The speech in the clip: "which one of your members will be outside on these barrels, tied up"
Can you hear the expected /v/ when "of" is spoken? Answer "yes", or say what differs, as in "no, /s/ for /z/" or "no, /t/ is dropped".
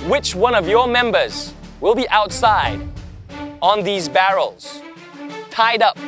yes